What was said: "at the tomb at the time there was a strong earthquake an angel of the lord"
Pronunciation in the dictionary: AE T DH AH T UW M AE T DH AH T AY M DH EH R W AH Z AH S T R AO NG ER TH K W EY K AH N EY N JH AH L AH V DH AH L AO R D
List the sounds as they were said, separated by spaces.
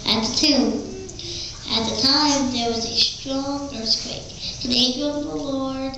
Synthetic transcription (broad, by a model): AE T DH AH T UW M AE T DH AH T AY M DH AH R W AH Z AH S T R AO NG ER S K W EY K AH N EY JH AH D AH V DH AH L AO R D